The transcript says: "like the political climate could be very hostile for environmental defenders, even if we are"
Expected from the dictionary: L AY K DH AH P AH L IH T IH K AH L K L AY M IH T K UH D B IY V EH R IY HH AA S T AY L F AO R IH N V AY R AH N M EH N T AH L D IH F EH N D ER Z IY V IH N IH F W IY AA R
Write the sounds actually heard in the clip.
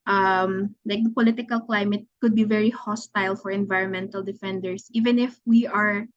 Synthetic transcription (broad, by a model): L AY K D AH P AH L IH T IH K AH L K L AY M IH T K UH D B IY V EH R IY HH AA S T AY L F AO R IH N V AY R AH N M EH N T AH L D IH F EH N D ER S IY V IH N IH F W IY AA R